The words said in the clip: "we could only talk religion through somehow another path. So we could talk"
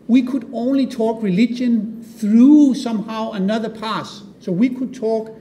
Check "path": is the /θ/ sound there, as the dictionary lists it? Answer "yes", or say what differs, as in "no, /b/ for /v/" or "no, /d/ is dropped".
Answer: no, /s/ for /θ/